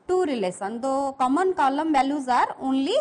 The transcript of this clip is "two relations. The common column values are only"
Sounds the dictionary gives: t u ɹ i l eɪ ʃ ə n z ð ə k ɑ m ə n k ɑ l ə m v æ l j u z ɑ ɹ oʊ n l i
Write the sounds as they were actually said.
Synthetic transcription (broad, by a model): t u ɹ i l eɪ s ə n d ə k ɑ m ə n k ɑ l ə m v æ l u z ɑ ɹ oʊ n l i